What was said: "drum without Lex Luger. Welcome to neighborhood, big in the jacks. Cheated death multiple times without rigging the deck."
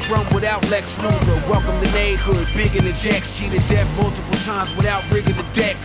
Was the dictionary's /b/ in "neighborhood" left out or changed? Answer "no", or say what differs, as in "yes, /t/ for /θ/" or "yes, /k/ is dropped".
yes, /b/ is dropped